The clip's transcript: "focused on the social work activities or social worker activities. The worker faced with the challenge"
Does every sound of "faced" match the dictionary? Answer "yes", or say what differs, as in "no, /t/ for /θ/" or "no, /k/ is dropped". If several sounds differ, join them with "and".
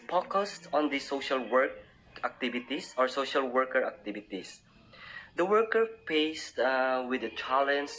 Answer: no, /p/ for /f/